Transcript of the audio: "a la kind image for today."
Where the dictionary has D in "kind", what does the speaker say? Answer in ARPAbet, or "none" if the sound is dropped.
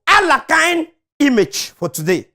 none